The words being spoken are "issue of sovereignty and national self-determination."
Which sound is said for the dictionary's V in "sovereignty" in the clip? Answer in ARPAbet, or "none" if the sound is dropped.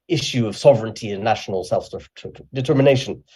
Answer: V